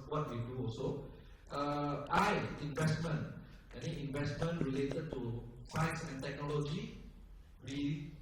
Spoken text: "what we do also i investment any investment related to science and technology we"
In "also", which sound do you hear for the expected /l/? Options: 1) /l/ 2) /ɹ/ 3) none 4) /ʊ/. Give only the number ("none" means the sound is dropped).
3